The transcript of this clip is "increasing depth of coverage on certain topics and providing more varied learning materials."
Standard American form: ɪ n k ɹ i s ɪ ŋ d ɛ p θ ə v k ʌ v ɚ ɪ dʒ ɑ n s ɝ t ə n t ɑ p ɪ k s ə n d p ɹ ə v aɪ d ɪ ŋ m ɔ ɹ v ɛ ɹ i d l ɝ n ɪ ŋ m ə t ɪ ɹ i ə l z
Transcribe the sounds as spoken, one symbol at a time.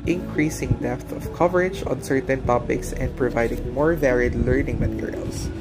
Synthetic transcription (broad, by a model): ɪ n k ɹ i s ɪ ŋ d ɛ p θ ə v k ʌ v ɚ ɪ dʒ ɑ n s ɝ t ə n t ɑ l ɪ k s ə n d p ɹ ə v aɪ d ɪ ŋ m ɔ ɹ v ɛ ɹ i d l ɝ n ɪ ŋ m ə t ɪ ɹ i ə l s